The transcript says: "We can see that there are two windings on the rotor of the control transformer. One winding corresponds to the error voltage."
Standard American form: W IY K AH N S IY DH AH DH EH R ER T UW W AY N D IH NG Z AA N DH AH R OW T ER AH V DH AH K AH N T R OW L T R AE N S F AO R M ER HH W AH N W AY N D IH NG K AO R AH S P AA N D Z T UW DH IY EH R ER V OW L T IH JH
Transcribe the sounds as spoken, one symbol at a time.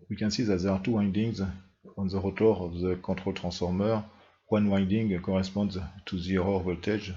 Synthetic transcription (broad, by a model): W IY K AH N S IY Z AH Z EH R T UW W AY N D IH NG Z AA N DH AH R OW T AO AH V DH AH K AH T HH OW L T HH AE S F AO R M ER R W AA N W AY N D IH NG K AO R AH S P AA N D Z T UW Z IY R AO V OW L T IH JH